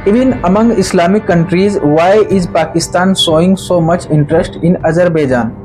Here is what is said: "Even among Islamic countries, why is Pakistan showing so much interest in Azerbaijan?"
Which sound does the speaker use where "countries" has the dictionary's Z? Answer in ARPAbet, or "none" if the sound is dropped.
Z